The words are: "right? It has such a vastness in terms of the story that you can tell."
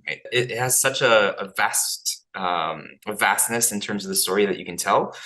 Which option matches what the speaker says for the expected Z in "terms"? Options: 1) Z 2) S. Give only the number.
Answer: 1